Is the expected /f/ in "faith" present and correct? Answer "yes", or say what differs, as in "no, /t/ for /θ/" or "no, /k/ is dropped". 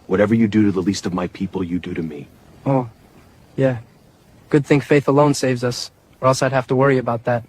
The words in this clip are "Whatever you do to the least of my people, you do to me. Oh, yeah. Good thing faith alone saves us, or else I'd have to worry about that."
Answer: yes